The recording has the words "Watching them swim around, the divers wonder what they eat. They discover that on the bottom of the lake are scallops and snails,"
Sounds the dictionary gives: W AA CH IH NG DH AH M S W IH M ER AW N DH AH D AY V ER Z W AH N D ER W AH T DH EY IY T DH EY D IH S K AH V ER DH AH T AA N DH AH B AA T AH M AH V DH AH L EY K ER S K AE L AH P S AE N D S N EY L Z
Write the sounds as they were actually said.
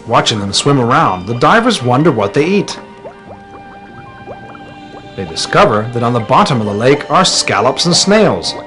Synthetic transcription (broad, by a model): W AA CH IH NG DH AH M S W IH M ER AW N DH AH D AY V ER Z W AH N D ER W AH T DH EY IY T DH EY D IH S K AH V ER DH AH T N DH AH B AA T AH M AH V DH AH L EY K ER S K AE L AH P S N S N EY L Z